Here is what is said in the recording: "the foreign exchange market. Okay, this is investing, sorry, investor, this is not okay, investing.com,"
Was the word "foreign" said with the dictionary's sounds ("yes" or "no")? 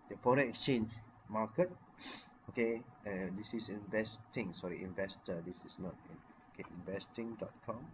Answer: no